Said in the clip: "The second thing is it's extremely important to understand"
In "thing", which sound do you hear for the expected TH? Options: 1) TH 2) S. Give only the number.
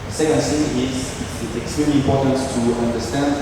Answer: 2